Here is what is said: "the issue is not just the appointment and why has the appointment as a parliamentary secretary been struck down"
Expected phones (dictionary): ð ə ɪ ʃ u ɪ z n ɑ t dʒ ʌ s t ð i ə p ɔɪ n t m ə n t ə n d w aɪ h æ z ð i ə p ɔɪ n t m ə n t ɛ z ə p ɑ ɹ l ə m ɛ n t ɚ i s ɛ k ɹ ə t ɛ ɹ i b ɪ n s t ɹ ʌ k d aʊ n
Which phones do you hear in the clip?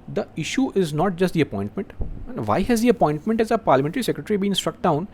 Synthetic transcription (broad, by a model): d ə ɪ ʃ u ɪ z n ɑ t dʒ ʌ s t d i ə p ɔɪ n t m ə n t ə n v aɪ h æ z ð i ə p ɔɪ n t m ə n t ɛ z ə p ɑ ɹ l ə m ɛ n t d i s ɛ k ɹ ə t ɹ i b ɪ n s t ɹ ʌ k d aʊ n